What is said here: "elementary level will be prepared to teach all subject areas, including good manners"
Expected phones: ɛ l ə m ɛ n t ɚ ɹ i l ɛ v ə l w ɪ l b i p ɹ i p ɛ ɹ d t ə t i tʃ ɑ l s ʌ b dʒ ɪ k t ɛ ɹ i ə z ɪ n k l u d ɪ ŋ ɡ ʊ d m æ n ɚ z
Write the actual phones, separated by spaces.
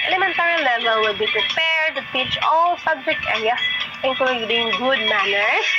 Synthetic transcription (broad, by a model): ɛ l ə m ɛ n t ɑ ɹ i l ɛ v ə l w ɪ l b i p ɹ i p ɛ ɹ d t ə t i tʃ ɑ l s ʌ b dʒ ɪ k t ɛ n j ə ɪ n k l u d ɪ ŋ ɡ ʊ d m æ n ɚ